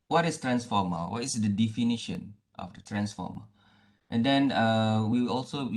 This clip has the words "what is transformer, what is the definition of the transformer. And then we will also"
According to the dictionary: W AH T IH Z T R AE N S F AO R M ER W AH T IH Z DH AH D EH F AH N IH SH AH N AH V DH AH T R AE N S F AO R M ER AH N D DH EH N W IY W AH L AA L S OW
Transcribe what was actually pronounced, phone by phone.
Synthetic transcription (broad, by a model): W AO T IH S T R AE N S F AO M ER W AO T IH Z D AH D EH F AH N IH SH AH N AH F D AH T R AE N S F AO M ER AH N D EH N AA W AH W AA L S OW